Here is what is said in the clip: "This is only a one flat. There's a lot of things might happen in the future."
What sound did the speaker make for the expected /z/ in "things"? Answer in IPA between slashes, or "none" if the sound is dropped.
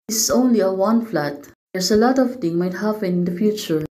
none